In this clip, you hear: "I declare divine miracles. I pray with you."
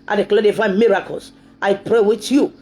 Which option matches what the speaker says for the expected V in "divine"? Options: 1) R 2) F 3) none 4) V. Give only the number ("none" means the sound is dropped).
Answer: 2